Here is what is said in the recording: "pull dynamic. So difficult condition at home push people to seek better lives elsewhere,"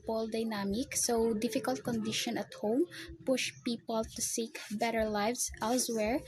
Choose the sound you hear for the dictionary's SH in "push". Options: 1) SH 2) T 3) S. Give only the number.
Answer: 1